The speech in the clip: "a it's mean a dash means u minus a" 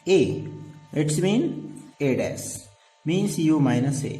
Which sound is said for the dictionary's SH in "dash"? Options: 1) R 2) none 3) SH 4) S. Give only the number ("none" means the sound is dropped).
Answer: 4